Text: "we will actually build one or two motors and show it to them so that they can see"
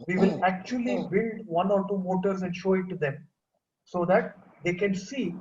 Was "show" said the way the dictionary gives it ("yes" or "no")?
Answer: yes